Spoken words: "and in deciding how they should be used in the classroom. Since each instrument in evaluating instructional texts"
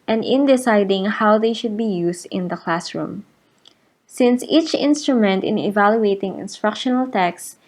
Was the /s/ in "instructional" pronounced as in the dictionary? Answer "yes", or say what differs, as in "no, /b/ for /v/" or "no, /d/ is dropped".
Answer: yes